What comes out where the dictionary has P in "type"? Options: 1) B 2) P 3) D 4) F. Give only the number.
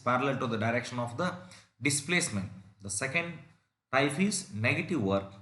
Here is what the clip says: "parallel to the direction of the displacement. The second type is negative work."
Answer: 4